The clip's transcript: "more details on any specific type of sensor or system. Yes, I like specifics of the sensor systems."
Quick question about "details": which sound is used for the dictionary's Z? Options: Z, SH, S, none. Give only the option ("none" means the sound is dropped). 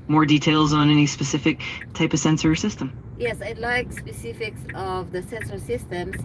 Z